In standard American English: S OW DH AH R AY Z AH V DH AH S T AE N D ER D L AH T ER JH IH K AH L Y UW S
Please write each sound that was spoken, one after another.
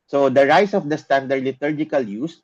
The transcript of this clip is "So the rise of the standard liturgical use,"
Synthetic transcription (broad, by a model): S OW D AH R AY S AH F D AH S T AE N D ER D L AH T ER JH IH K AH L Y UW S